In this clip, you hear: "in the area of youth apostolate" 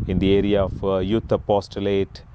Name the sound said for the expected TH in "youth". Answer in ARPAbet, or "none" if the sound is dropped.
T